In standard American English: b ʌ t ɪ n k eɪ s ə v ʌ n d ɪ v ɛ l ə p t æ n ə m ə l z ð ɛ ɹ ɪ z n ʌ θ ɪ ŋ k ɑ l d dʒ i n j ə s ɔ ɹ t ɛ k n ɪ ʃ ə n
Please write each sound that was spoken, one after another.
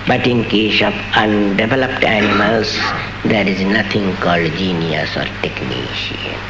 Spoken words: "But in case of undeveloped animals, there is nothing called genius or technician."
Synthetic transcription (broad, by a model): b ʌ t ɪ n k eɪ s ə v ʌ n d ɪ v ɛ l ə p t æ n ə m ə l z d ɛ ɹ ɪ z n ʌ t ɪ ŋ k ɑ l d dʒ i n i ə s ɔ ɹ t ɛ k n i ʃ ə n